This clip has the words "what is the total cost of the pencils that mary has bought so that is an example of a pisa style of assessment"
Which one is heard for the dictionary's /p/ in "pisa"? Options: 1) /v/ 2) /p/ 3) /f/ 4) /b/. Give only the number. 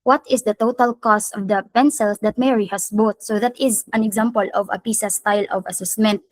2